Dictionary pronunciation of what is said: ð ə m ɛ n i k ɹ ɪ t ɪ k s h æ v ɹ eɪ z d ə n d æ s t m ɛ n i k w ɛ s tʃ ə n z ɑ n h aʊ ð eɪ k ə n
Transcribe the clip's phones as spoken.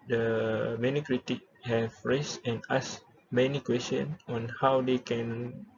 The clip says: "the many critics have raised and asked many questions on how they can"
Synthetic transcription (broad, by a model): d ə m ɛ n i k ɹ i t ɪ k h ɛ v ɹ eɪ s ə n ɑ s m ɛ n i k w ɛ s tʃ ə n ɑ n h aʊ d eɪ k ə n